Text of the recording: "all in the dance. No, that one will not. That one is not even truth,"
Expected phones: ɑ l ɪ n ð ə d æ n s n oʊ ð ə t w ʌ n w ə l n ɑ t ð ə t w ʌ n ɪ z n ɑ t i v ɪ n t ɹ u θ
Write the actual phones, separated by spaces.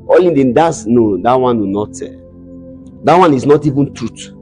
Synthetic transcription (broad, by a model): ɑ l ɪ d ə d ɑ s n oʊ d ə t w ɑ n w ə n ɑ t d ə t w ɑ n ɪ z n ɑ t i v ɪ n t ɹ u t